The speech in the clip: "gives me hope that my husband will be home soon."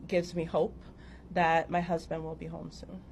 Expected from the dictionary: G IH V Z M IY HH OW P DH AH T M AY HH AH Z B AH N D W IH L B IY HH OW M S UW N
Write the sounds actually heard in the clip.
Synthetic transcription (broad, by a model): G IH V Z M IY HH OW P DH AH T M AY HH AH Z B AH N D W IH L B IY HH OW M S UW N